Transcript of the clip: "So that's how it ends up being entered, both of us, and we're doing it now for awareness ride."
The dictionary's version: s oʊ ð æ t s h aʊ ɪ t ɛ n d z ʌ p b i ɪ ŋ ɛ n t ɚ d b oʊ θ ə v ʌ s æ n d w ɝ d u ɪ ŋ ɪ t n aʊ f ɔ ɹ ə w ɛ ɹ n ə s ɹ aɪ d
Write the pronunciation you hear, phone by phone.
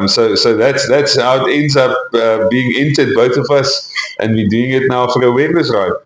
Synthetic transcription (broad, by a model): s oʊ ð æ t s h aʊ ɪ t ɛ n d z ʌ p b i ɪ ŋ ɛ n t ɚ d b oʊ θ ə v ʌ s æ n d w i d u ɪ ŋ ɪ t n aʊ f ɔ ɹ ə w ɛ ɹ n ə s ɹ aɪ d